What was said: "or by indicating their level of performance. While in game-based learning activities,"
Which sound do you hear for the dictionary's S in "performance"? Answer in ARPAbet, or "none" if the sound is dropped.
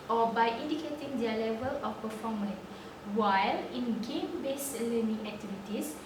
none